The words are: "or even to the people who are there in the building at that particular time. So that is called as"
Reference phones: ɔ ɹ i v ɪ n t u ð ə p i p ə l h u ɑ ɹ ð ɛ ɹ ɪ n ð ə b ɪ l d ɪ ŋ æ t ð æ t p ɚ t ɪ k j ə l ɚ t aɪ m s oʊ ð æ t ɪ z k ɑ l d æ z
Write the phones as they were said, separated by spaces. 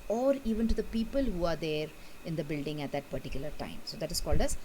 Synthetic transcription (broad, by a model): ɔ ɹ i v ɪ n t u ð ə p i p ə l h u ɑ ɹ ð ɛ ɹ ɪ n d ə b ɪ l d ɪ ŋ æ t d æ t p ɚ t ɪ k j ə l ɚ t aɪ m s oʊ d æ t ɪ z k ɑ l d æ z